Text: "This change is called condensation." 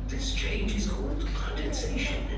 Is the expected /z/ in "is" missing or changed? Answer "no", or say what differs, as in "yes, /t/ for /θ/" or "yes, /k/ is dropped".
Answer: no